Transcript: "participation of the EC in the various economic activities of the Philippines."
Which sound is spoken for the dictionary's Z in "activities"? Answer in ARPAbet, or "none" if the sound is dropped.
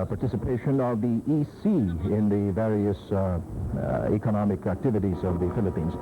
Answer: Z